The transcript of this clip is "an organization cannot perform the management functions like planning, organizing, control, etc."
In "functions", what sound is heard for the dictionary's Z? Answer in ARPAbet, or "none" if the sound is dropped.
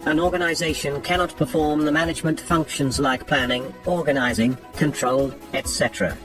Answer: Z